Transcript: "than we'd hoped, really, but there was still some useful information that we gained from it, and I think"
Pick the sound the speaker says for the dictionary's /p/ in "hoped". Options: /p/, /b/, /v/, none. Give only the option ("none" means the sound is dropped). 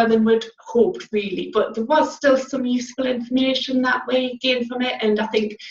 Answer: /p/